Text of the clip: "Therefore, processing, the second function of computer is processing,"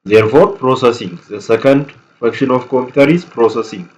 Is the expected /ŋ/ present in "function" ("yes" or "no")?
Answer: no